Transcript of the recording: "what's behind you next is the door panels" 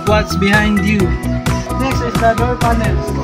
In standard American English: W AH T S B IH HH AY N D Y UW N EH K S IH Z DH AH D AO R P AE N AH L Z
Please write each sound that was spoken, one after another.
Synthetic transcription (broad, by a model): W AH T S B IH HH AY N D Y UW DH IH S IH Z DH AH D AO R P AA N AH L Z